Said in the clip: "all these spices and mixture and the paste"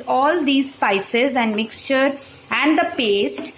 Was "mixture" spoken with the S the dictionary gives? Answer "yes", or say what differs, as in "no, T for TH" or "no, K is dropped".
yes